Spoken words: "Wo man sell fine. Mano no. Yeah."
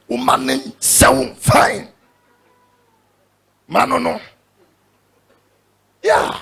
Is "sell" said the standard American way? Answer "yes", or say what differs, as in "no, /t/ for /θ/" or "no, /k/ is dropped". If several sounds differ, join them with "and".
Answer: no, /w/ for /l/